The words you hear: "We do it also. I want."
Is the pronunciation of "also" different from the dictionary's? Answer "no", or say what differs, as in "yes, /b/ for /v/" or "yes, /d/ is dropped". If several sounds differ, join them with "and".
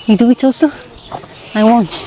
yes, /l/ is dropped